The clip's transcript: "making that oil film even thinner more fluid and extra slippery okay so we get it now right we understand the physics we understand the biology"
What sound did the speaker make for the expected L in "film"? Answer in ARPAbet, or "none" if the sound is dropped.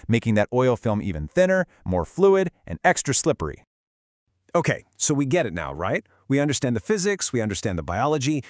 L